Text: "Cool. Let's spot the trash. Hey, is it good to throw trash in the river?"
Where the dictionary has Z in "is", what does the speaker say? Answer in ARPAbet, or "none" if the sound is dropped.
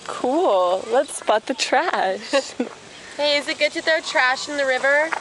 Z